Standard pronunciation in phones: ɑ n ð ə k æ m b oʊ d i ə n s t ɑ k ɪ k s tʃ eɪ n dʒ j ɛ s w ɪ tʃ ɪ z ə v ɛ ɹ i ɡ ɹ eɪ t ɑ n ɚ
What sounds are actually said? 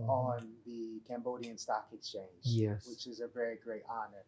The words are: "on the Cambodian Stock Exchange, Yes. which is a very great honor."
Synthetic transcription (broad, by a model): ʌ n ð ə k æ m b oʊ d i ə n s t ɑ k ɪ k s tʃ eɪ n dʒ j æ w ɪ tʃ ɪ z ə v ɛ ɹ i ɡ ɹ eɪ t ɑ n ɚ